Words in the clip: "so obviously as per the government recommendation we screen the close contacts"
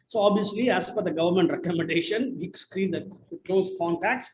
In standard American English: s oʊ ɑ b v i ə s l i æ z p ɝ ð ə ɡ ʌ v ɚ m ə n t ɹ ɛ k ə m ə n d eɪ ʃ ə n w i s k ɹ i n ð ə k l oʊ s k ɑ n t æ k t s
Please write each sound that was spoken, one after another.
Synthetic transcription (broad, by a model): s oʊ ɑ b v i ə s l i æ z f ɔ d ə ɡ ʌ v ɚ m ə n t ɹ ɛ k ə m ə n d eɪ ʃ ə n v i s k ɹ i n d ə k l oʊ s k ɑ n t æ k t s